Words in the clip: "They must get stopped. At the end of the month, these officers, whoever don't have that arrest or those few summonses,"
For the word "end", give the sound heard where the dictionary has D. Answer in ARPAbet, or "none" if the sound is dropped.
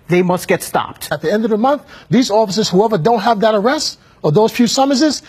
D